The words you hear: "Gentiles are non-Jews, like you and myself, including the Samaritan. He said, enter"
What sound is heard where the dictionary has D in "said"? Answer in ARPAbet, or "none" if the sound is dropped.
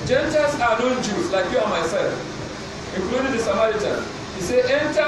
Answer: none